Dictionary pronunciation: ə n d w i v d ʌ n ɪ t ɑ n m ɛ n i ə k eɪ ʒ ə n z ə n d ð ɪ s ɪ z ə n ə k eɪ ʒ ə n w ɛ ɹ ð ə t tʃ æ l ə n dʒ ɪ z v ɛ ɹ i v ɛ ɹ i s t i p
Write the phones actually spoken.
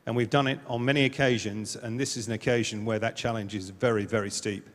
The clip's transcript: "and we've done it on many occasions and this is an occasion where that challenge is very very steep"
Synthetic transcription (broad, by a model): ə n w i v d ʌ n ɪ t n m ɛ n i ə k eɪ ʒ ə n z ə n ð ɪ s ɪ z ə n ə k eɪ ʒ ə n w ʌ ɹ ð ə t tʃ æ l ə n dʒ ɪ z v ɛ ɹ i v ɛ ɹ i s t i p